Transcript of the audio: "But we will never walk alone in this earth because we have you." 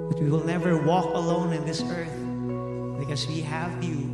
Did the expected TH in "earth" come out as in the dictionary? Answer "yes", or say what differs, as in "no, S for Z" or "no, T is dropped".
yes